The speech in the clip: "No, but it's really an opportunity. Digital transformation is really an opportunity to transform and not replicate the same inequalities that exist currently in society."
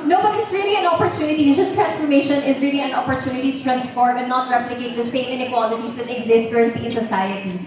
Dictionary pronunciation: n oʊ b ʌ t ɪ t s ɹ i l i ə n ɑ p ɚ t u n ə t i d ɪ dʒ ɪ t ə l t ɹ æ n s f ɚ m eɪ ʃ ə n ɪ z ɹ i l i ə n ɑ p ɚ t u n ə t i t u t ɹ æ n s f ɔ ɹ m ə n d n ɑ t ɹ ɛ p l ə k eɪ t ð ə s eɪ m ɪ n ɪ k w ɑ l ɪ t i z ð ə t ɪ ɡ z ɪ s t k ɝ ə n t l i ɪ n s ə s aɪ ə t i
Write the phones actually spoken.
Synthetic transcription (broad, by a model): n oʊ b ʌ t ɪ t s ɹ i l i ə n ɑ p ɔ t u n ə t i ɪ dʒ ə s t ɹ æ n s f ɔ m eɪ ʃ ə n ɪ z ɹ i l i ə n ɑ p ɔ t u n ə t i t u t ɹ æ n s f ɔ ɹ m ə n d n ɑ t ɹ ɛ p l ə k eɪ t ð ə s eɪ m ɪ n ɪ k w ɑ l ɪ t i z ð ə t ɪ ɡ z ɪ s t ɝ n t i ɪ n s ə s aɪ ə t i